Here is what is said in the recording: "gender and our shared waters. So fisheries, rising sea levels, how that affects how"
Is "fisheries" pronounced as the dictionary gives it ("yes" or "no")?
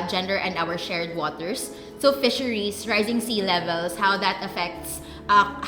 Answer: no